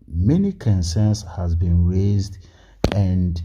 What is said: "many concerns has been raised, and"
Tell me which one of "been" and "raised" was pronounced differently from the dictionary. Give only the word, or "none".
none